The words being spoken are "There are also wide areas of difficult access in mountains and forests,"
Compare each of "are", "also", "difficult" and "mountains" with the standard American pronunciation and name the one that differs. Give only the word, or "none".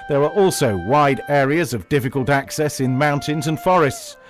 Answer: none